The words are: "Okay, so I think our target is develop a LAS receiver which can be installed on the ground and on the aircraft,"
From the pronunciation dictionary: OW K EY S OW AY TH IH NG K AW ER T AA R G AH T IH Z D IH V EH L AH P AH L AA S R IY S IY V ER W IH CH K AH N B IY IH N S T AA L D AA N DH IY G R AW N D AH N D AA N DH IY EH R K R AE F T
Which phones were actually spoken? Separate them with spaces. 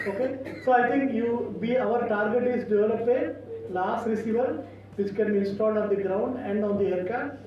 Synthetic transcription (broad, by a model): OW K EY S OW AY T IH NG K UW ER T AA R G AH T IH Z D IH V EH L AH P AH L AA S R IY S IY V ER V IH CH K AH N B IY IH N S T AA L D AA N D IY G R AW N D AH N D AA N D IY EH R K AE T